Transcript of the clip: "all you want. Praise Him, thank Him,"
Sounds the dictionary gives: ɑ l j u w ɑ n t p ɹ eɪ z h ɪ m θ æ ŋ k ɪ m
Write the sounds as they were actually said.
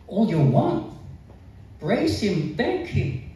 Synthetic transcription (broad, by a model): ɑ l j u w ɑ n t b ɹ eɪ s h ɪ m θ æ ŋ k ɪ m